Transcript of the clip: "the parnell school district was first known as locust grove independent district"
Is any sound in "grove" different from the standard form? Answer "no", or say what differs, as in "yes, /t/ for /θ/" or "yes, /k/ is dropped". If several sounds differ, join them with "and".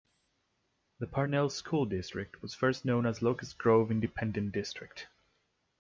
no